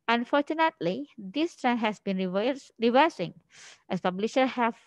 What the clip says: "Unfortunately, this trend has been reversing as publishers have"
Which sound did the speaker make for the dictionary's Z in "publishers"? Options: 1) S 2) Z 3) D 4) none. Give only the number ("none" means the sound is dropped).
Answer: 4